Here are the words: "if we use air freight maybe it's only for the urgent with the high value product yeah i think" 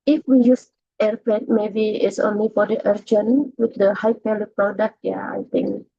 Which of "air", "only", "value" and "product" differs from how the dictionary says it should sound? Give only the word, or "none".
value